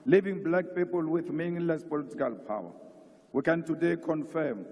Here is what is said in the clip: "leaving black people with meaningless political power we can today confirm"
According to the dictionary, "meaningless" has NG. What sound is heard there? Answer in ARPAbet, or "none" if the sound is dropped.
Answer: none